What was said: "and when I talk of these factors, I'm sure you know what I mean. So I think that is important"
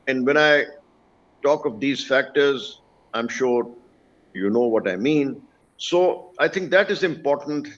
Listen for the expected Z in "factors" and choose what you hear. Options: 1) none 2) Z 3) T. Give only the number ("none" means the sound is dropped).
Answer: 2